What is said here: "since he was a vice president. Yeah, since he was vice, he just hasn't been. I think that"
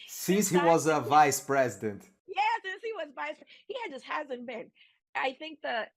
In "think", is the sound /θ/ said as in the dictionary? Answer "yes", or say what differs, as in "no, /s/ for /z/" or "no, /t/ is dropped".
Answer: yes